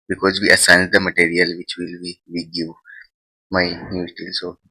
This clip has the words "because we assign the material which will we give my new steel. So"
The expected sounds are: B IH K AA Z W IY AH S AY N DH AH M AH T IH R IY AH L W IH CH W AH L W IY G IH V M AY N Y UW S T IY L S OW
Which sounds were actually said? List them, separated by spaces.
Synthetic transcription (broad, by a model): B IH K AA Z W IY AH S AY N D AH M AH T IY R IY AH L W IH CH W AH L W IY G IH V M AY N Y UW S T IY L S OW